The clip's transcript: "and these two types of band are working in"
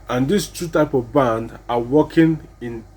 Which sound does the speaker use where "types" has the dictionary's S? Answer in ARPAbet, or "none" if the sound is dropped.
none